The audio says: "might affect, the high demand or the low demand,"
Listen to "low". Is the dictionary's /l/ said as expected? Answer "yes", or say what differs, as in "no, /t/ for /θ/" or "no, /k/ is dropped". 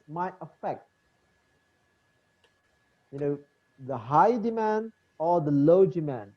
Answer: yes